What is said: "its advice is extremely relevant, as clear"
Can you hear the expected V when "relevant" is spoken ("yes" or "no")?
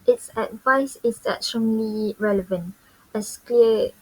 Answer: yes